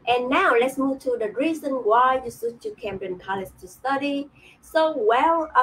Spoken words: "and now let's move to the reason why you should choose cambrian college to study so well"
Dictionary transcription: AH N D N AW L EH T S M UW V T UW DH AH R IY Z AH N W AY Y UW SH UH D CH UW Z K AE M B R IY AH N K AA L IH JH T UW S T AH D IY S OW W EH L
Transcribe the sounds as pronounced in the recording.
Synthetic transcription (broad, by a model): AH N N AW L EH T S M UW V T UW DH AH R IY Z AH N W AY Y UW S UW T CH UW K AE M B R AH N K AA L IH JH T UW S T AH D IY S OW W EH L